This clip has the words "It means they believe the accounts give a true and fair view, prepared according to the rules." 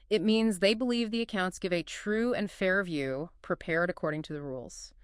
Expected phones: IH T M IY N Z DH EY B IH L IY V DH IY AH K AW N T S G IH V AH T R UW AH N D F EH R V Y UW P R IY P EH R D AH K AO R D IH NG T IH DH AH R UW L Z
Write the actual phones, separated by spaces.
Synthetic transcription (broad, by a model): IH T M IY N Z DH EY B IH L IY V DH IY AH K AW N T S G IH V AH T R UW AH N F EH R V Y UW P R IY P EH R D AH K AO R D IH NG T IH DH AH R UW L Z